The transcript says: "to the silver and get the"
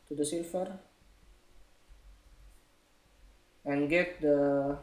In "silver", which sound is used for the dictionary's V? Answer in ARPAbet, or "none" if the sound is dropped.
F